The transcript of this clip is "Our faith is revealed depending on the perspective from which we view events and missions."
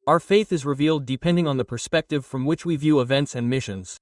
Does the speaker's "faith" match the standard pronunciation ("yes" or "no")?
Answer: yes